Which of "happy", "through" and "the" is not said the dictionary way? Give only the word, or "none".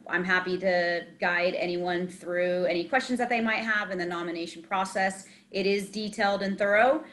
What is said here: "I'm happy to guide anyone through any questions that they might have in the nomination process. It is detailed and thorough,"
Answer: none